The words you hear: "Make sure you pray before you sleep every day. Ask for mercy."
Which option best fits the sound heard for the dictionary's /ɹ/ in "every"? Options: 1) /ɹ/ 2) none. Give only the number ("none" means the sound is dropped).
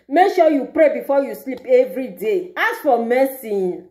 1